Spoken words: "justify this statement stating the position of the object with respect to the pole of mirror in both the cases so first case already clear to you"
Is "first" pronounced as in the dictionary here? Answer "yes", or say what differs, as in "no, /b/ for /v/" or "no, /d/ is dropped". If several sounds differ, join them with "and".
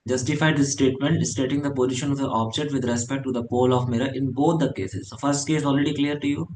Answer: yes